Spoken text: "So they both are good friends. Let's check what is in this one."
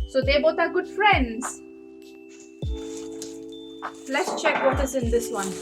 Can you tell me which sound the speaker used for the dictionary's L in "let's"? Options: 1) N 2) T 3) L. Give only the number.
3